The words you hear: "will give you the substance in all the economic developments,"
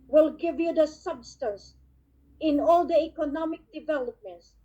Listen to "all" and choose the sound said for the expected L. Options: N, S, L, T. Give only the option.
L